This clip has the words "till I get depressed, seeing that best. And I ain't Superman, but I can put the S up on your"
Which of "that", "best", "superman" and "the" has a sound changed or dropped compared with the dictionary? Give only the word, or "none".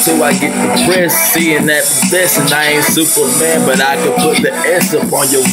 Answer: best